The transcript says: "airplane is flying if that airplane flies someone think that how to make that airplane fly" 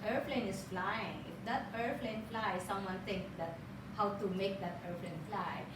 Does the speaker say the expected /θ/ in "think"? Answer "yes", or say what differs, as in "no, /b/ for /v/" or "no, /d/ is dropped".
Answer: no, /t/ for /θ/